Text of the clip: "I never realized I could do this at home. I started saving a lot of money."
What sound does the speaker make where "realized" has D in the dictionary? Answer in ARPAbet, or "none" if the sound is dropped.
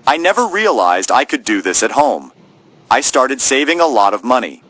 D